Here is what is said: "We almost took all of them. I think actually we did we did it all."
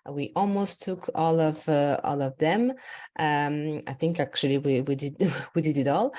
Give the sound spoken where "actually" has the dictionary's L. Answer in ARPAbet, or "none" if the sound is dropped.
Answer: W